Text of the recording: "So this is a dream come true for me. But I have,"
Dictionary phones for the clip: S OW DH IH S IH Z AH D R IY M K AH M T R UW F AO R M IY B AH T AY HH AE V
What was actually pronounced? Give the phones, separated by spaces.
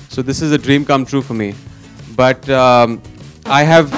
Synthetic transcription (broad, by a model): S OW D IH S IH Z AH D R IY M K AH M T R UW F AO R M IY B AH T AY HH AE V